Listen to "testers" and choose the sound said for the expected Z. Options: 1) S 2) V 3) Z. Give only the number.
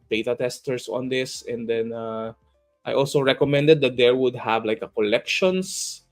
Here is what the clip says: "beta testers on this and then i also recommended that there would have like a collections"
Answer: 1